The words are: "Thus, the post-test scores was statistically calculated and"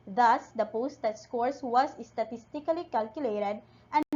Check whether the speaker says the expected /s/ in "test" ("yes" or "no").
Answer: no